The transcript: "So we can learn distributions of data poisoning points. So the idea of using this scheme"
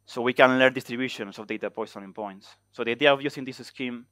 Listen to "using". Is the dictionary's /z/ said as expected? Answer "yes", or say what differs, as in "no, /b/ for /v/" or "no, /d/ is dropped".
no, /s/ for /z/